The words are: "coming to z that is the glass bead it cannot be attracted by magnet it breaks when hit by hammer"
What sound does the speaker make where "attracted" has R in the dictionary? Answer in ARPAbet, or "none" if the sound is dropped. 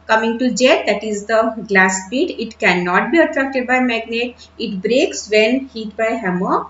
R